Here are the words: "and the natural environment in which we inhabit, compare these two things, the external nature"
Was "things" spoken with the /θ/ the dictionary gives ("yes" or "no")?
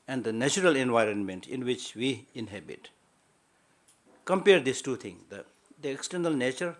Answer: no